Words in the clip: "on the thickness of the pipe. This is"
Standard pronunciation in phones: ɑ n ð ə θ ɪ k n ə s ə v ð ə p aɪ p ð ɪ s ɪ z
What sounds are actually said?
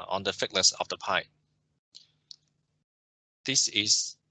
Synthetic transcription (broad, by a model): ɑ n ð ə f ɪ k n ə s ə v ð ə p aɪ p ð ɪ s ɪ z